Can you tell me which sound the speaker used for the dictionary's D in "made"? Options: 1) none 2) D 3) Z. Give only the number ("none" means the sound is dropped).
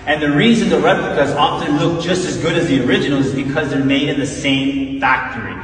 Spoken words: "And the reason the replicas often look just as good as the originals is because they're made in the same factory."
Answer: 2